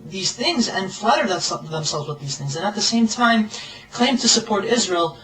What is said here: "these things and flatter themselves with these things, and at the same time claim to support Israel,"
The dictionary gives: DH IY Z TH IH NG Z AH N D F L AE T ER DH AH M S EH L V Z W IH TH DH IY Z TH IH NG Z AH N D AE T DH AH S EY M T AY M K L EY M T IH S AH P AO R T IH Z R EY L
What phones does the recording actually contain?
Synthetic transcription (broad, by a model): DH IY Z TH IH NG Z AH N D F L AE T ER DH AH M S EH L V Z W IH DH IY Z TH IH NG Z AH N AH T DH AH S EY M T AY M K L EY M T IH S AH P AO R T IH Z R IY L